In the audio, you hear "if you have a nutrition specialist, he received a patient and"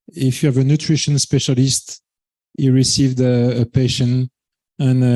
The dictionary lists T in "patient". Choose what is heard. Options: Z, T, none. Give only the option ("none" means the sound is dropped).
none